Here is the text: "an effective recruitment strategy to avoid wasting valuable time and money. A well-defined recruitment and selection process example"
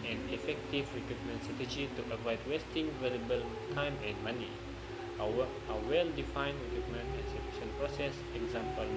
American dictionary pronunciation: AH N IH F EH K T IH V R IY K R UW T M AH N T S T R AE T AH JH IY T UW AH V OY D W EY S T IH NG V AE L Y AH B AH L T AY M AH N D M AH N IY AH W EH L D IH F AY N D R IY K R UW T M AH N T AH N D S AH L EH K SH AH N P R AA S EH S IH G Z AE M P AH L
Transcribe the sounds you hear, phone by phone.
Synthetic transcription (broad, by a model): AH N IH F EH K T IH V R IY K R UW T M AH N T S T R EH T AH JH IY T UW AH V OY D W EY S T IH NG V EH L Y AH B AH L T AY M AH N M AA N IY AH W EH L D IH F AY N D R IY K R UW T M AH N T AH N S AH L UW SH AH N P R AA S EH S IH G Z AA M P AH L